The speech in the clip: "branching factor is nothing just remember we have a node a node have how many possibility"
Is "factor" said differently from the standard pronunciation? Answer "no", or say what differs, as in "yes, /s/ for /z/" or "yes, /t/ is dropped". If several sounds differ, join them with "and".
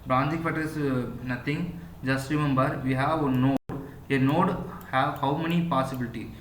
yes, /k/ is dropped